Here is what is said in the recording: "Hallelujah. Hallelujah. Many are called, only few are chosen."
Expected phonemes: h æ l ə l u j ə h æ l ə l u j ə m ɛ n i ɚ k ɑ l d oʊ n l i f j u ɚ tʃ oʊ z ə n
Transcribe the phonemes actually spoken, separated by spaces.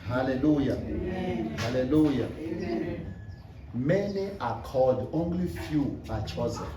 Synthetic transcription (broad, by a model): h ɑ l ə l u j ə h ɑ l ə l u j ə m ɛ n i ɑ k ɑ d oʊ n l i f j u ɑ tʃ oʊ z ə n